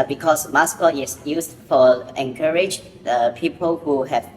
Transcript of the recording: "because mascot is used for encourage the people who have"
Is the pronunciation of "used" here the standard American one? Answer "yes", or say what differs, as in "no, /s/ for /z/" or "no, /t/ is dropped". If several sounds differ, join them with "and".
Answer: no, /s/ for /z/